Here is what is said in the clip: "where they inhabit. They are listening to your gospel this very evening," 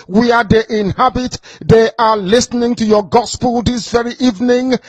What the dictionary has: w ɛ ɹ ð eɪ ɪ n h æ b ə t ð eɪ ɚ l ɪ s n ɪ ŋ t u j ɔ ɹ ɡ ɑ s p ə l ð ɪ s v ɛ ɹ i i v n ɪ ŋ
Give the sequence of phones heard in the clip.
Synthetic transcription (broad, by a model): w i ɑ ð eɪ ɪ n h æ b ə t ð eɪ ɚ l ɪ s n ɪ ŋ t u j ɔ ɡ ɑ s p ə l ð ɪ s v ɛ ɹ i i v n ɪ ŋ